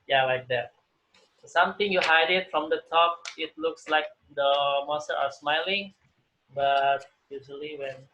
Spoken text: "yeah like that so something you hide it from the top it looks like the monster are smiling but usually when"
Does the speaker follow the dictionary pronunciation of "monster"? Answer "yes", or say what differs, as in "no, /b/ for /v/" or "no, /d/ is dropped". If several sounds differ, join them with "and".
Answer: no, /n/ is dropped